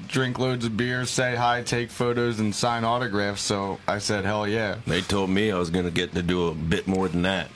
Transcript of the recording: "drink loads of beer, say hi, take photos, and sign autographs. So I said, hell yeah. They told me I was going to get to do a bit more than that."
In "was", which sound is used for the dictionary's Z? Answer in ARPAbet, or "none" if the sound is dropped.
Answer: Z